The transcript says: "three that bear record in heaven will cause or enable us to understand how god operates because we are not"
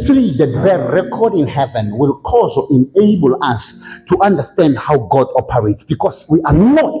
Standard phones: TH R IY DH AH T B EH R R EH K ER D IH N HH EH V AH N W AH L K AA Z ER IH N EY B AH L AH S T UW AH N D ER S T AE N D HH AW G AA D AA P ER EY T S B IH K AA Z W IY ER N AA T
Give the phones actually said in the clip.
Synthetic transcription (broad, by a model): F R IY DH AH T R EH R R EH K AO D IH N HH EH V AH N W AH L K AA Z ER IH N EY B AH L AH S T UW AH N D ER S T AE N D HH AW G AA D AA P ER EY T S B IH K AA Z W IY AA N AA T